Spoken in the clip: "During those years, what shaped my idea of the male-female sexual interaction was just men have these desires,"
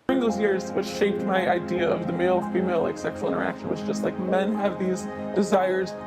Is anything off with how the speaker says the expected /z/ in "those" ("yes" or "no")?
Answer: no